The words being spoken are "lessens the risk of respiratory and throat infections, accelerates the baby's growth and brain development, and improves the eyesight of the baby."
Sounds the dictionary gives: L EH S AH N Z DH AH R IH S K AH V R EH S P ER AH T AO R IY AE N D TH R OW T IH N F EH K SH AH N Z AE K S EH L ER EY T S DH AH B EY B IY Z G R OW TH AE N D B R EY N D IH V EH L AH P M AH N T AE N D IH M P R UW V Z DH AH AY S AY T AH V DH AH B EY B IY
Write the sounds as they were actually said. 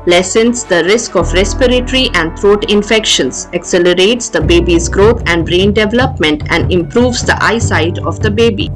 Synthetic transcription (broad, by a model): L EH S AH N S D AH R IH S K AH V R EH S P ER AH T R IY AE N D T R OW T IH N F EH K SH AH N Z AE K S EH L ER EY T S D AH B EY B IY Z G R OW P AE N D R EY N D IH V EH L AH P M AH N T AE N D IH M P R UW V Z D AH AY S AY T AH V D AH B EY B IY